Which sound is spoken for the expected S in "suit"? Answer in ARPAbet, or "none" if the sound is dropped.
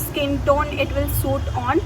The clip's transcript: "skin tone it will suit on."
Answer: S